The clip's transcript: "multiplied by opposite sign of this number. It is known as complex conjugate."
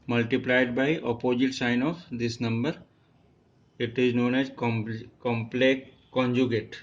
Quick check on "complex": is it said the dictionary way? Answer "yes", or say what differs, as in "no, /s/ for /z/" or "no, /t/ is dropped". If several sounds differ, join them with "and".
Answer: no, /s/ is dropped